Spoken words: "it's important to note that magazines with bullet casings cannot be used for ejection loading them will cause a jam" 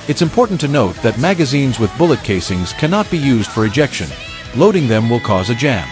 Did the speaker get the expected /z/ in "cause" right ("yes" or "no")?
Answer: yes